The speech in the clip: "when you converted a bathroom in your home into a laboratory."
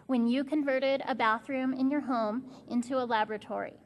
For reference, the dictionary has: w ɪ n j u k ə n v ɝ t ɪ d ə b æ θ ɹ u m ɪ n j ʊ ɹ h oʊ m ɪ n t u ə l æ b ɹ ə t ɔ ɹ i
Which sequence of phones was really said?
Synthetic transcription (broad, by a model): w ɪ n j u k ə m v ɝ t ɪ d ə b æ θ ɹ u m ɪ n j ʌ ɹ h oʊ m ɪ n t u ə l æ b ɹ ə t ɔ ɹ i